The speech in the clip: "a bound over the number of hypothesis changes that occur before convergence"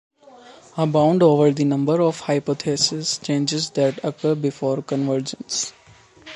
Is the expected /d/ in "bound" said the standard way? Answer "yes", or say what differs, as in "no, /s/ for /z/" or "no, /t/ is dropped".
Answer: yes